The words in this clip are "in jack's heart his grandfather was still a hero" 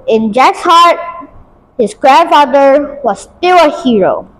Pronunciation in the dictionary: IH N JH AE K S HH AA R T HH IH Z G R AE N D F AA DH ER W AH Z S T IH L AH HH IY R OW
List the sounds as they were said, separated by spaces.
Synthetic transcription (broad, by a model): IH N JH AE K S HH AA R T HH IH Z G R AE N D F AA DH ER W AH Z S T IH L AH HH IY R OW